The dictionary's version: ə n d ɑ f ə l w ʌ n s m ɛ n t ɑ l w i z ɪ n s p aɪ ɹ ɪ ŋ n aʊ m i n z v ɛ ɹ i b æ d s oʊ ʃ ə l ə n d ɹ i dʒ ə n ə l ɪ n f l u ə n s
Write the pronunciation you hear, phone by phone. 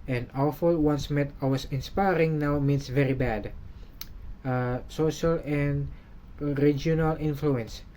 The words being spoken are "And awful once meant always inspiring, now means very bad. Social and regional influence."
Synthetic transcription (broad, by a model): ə n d ɑ f ə l w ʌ n s m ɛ t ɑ w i s ɪ n s p aɪ ɹ ɪ ŋ n aʊ m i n s v ɛ ɹ i b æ d s oʊ ʃ ə l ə n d ɹ i dʒ ə n ə l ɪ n f l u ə n s